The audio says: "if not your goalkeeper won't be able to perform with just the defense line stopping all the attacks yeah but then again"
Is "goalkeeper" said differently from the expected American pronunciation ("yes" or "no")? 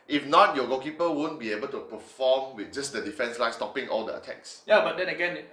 yes